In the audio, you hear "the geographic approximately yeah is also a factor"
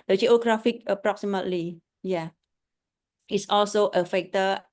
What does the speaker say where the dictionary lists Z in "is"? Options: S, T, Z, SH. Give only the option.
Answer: S